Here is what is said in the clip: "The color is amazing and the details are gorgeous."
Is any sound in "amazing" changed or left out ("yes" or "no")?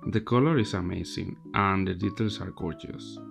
yes